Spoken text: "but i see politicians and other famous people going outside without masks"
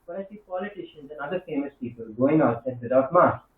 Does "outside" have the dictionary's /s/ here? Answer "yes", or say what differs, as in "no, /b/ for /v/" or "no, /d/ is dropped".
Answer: no, /s/ is dropped